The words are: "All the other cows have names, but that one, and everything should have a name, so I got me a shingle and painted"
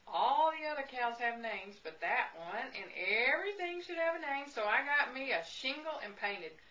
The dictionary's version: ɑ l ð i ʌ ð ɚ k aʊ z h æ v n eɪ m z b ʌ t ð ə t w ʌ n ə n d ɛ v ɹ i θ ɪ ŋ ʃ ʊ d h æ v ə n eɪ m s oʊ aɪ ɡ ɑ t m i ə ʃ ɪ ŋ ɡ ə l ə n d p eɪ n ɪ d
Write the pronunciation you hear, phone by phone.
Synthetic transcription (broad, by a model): ɑ l ð i ʌ ð ɚ k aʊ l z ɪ v n eɪ m z b ʌ t ð ə t w ʌ n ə n ɛ v ɹ i θ ɪ ŋ ʃ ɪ d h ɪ v ə n eɪ m s oʊ aɪ ɡ ɑ t m i ə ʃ ɪ ŋ ɡ l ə n p eɪ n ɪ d